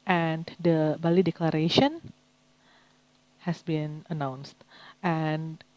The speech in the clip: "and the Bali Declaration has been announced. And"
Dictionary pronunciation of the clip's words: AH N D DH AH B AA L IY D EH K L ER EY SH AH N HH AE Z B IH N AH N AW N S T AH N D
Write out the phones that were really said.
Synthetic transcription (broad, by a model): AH N D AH B AA L IY D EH K L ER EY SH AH N HH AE S B IH N AH N AW N S T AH N